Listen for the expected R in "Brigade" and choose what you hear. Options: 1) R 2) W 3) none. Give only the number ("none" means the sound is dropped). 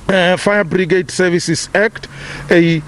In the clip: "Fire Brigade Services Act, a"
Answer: 1